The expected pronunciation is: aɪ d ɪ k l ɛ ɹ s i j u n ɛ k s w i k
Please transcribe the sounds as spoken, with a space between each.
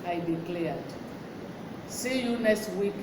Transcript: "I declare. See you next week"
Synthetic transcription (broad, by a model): aɪ d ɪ k l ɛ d s i j u n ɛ s w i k